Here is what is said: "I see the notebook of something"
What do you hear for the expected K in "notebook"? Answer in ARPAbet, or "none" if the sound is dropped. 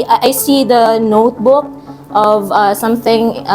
K